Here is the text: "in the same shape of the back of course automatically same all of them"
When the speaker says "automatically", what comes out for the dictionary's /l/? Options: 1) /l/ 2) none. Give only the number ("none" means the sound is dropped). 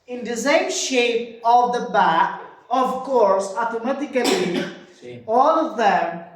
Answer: 2